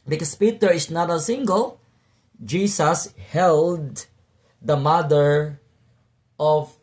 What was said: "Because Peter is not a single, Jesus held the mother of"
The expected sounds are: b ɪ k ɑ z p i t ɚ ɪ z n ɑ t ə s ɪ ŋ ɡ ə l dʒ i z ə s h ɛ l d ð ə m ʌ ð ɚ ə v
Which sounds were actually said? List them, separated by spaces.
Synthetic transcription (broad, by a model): b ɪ k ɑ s p i t ɚ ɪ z n ɑ t ə s ɪ ŋ ɡ ə l dʒ i s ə s h ɛ l d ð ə m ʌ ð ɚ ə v